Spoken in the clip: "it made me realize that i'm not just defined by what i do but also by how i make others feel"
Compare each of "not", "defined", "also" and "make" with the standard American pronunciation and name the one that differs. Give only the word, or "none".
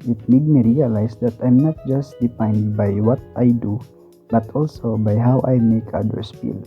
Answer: defined